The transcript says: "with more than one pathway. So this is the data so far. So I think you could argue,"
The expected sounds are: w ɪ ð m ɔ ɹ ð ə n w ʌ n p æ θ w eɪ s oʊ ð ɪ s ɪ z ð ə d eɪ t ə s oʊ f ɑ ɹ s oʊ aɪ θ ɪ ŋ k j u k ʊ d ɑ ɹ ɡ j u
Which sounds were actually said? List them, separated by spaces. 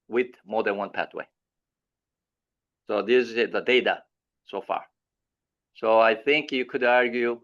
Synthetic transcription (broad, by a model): w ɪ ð m ɔ ɹ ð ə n w ʌ n p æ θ w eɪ s oʊ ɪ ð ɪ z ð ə d eɪ t ə s oʊ f ɑ ɹ s oʊ aɪ θ ɪ ŋ k j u k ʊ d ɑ ɹ ɡ j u